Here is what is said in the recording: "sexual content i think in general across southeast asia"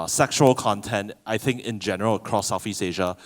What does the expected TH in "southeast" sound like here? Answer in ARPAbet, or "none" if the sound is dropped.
F